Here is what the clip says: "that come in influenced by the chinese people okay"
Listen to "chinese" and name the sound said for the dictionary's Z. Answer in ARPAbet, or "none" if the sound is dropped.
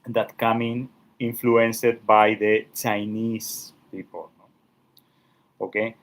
S